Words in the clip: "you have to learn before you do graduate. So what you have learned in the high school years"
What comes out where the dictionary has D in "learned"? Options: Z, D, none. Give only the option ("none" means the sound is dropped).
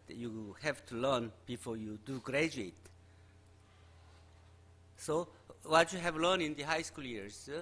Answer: none